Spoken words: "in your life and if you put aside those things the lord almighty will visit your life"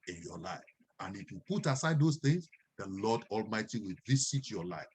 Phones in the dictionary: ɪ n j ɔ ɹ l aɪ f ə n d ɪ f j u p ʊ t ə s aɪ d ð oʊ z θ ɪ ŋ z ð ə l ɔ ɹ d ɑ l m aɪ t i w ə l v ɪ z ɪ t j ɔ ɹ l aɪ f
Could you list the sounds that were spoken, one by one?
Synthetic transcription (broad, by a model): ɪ n j ɔ l aɪ f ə n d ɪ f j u p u t ə s aɪ d oʊ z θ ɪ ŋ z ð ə l ɔ d ɑ l m aɪ t i w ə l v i s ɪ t j ɔ l aɪ f